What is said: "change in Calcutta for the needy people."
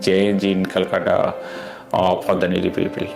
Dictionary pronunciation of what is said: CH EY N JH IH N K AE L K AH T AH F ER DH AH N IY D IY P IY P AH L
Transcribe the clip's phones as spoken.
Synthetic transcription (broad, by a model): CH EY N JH IH N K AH L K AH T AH P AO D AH N IY D IY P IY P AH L